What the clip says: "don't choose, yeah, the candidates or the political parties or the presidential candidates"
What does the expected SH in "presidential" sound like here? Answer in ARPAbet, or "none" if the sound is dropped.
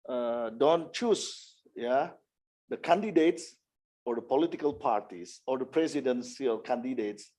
S